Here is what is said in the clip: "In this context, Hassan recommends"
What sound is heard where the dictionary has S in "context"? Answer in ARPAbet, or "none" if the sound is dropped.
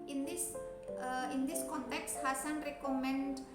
S